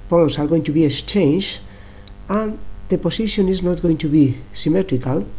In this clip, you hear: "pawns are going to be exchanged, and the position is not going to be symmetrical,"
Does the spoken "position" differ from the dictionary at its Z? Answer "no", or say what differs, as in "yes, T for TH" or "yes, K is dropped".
yes, S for Z